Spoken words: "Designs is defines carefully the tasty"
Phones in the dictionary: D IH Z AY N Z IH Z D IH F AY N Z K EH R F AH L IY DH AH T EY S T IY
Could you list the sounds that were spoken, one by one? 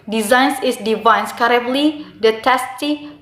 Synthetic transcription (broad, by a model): D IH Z AY N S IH S D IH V AY N S K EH R AH L IY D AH T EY S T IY